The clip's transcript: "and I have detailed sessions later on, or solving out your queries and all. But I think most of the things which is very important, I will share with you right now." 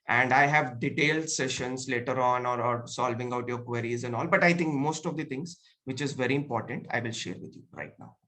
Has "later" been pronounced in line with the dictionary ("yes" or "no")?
yes